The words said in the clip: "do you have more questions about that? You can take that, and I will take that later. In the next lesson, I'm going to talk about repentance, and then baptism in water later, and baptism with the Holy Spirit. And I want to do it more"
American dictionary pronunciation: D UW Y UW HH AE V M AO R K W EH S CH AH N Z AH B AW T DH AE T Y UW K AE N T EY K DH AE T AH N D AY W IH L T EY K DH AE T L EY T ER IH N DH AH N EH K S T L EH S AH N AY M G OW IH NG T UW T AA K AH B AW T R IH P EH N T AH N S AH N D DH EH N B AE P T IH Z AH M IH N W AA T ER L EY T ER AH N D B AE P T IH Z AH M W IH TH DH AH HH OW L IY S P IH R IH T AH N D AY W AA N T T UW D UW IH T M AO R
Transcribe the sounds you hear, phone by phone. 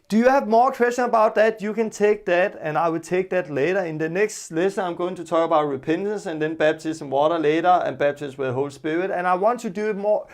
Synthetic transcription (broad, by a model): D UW Y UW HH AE V M AO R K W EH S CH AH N AH B AW T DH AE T Y UW K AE N T EY K DH AE T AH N AY W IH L T EY K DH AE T L EY T ER IH N DH AH N EH K S T L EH S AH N AY M G OW IH NG T UW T AA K AH B AW T R IH P EH N T AH N S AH N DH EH N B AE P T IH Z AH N W AA T ER L EY T ER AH N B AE B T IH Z W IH DH AH HH OW L S P IH R IH T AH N AY W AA N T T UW D UW IH T M AO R